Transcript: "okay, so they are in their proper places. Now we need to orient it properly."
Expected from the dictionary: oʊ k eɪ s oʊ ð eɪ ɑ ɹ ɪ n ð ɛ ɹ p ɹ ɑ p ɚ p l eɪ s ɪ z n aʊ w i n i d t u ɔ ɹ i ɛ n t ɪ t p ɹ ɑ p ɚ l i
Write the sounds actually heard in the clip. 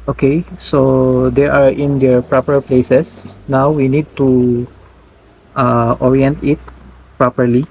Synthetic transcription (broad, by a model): oʊ k eɪ s oʊ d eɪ ɑ ɹ ɪ n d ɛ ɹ p ɹ ɑ p ɚ p l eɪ s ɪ s n aʊ w i n i d t u ɔ ɹ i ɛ n t ɪ t p ɹ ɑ p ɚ l i